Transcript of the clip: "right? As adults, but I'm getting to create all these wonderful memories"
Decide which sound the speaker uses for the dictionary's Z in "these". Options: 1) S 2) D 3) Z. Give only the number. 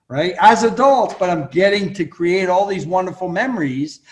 3